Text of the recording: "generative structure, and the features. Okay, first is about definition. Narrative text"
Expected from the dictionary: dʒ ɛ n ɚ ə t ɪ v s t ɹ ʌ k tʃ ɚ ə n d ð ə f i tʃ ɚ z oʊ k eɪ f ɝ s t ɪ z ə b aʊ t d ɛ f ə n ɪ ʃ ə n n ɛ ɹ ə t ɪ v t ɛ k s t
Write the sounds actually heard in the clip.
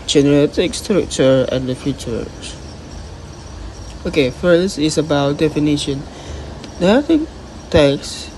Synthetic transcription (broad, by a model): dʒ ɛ n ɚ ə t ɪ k s t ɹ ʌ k tʃ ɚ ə n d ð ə f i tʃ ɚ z oʊ k eɪ f ɝ s t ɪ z ə b aʊ t d ɛ f ə n ɪ ʃ ə n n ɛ ə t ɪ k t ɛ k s